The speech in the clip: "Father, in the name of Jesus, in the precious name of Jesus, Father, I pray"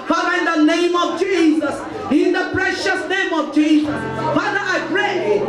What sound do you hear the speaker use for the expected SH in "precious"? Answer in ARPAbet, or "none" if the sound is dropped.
SH